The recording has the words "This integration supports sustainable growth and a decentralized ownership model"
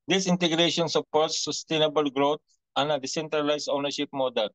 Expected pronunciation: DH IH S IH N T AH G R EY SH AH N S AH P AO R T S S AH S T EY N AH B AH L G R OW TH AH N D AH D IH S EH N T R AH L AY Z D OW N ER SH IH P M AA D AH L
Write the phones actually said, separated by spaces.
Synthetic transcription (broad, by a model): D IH S IH N T AH G R EY SH AH N S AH P AO R T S S AH S T EY N AH B AH L G R OW T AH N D AH D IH S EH N T R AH L AY S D OW N ER SH IH P M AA D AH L